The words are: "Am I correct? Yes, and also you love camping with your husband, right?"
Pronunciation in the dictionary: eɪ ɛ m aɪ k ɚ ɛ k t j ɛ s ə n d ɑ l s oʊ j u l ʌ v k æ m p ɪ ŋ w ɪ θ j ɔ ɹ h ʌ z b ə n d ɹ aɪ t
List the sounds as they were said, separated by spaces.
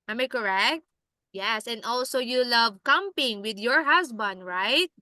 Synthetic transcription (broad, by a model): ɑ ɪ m aɪ k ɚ ɛ k t j ɛ s ə n d ɑ l s oʊ j u l ʌ v k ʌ m p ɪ ŋ w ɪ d j ɔ ɹ h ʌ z b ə n d ɹ aɪ t